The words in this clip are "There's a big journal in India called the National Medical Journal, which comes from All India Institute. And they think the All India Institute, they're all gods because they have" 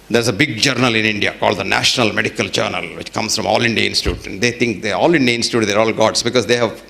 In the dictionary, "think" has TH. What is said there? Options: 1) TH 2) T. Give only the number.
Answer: 2